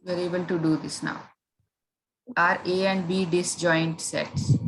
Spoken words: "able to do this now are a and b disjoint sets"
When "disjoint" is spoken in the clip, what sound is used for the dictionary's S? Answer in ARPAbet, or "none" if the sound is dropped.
S